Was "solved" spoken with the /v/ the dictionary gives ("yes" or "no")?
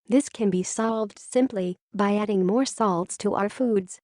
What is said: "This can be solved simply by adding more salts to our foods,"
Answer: yes